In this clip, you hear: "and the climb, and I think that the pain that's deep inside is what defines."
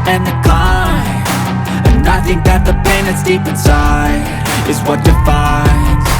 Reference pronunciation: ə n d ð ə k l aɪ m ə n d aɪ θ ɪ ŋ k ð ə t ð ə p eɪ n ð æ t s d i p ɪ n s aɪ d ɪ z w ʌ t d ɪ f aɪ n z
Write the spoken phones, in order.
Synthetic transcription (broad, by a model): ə n ð ə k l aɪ ə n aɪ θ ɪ ŋ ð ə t ð ə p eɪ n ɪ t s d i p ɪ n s aɪ ɪ z w ʌ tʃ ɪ f aɪ n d